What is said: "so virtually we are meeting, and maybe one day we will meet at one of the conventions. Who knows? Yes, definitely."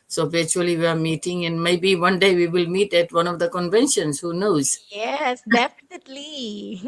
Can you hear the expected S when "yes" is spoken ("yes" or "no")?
yes